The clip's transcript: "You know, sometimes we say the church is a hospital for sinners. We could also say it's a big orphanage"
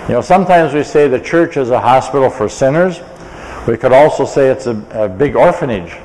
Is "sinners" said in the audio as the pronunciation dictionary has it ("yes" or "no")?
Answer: yes